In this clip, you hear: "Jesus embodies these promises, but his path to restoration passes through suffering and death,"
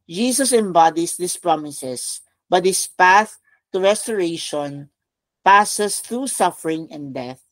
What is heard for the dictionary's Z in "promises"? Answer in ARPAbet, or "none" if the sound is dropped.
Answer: S